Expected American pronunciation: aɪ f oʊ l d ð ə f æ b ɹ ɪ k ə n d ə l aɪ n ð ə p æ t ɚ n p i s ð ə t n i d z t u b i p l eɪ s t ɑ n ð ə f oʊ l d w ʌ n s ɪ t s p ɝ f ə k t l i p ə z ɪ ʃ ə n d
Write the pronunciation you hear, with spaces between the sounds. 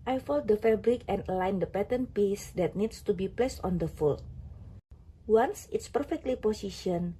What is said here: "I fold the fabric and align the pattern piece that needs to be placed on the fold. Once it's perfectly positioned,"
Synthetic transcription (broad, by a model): aɪ f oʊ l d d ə f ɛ b ɹ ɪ k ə n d ə l aɪ n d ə p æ t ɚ n p i s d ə t n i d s t u b i p l eɪ s t ɑ n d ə f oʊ l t w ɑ n s ɪ t s p ɝ f ə k t l i p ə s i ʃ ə n